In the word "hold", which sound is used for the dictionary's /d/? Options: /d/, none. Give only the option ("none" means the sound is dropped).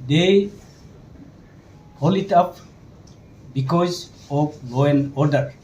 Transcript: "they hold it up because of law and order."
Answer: none